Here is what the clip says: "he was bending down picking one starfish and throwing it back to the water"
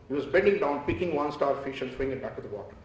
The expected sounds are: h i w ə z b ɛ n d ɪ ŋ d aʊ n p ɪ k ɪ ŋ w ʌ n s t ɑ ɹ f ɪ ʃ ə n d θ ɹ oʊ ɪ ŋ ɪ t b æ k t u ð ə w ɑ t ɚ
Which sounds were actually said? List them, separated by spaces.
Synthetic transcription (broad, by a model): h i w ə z b ɛ n d ɪ ŋ d aʊ n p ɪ k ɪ ŋ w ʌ n s t ɑ ɹ f ɪ ʃ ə n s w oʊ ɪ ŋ ɪ t b æ k t u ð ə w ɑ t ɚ